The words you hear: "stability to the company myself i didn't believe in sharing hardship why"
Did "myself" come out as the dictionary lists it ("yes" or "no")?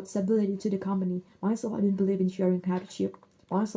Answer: no